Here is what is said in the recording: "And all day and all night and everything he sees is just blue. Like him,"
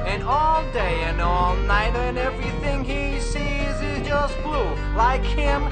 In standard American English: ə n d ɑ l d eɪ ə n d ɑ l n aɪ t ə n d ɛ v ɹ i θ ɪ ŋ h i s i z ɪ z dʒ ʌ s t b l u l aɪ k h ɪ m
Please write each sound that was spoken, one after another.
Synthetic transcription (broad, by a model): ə n ɑ l d eɪ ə n ɑ l n aɪ t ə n ɛ v ɹ i θ ɪ ŋ i s i z ɪ z dʒ ʌ s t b l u l aɪ k h ɪ m